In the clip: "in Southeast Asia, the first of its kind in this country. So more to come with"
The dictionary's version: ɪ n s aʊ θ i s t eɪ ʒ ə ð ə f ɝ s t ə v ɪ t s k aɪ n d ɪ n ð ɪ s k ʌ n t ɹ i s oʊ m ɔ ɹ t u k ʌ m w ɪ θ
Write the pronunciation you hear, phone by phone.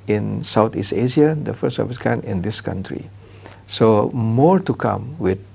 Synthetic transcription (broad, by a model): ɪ n s aʊ t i s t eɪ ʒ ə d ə f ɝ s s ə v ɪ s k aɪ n ɪ n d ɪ s k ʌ n t ɹ i s oʊ m ɔ ɹ t u k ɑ m w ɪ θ